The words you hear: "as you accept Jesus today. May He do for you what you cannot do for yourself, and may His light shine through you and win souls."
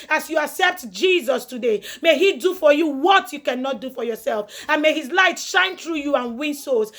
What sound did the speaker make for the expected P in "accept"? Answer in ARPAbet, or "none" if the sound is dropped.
P